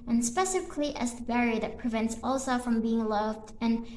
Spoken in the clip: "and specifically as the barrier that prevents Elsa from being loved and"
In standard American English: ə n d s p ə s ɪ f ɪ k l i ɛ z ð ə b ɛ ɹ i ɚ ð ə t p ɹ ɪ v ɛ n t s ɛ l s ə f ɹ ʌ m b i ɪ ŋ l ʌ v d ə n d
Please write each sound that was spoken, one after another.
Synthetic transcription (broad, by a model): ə n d s p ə s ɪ f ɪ k l i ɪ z ð ə b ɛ ɹ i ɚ ð ə t p ɹ ɪ v ɛ n t s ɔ l s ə f ɹ ʌ m b i ɪ ŋ l ʌ v d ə n